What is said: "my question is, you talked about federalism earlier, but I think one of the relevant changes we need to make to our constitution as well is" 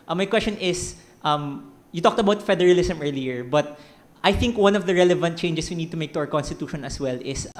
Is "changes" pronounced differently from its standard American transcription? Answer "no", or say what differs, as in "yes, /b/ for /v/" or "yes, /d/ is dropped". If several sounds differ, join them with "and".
yes, /s/ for /z/